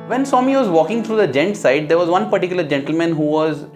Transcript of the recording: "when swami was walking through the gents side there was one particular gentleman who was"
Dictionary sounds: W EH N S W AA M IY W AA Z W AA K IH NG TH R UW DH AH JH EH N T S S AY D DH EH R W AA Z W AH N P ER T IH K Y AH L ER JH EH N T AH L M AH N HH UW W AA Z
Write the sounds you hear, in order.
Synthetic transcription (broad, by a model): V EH N S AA M IY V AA Z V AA K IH NG T R UW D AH JH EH N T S S AY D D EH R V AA Z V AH N P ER T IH K Y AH L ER JH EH N T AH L M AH N HH UW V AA Z